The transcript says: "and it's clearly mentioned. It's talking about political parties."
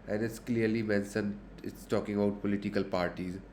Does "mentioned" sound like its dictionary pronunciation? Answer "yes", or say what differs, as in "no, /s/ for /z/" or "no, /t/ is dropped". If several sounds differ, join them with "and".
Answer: no, /s/ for /ʃ/ and /d/ is dropped